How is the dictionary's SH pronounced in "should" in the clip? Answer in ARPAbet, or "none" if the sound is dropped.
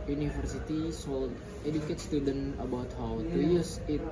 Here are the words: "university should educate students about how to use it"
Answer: S